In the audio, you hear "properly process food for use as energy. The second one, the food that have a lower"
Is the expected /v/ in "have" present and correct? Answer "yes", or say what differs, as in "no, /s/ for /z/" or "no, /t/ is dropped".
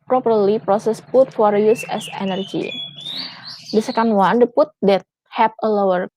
no, /p/ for /v/